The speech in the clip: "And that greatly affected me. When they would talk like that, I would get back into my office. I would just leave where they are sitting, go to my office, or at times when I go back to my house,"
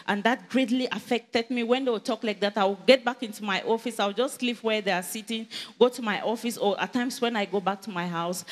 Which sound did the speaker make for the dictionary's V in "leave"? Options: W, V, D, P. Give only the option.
P